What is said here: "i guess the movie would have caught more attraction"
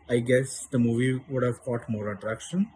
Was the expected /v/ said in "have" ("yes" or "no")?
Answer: yes